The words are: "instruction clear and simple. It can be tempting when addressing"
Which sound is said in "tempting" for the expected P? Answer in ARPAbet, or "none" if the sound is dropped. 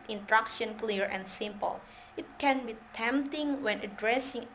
P